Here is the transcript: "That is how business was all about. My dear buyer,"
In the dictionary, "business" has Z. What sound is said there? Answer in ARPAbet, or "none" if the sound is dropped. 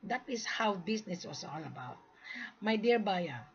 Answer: S